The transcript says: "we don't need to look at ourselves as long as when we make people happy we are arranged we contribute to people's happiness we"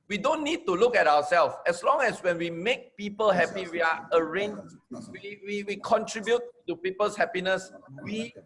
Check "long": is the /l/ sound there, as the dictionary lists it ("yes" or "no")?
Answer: yes